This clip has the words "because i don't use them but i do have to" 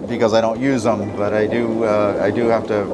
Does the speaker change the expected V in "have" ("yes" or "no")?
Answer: yes